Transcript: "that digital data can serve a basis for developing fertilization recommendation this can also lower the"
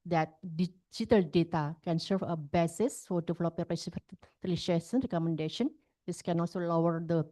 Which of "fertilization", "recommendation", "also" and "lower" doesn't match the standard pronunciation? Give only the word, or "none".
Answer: fertilization